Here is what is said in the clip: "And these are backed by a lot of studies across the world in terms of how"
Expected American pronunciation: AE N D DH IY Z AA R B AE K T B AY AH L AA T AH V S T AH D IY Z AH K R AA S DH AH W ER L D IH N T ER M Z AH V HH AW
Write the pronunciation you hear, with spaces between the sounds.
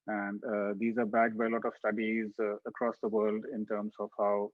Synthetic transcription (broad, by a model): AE N D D IY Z AA R B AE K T B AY AH L AA T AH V S T AH D IY Z AH K R AA S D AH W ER L D IH N T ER M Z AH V HH AW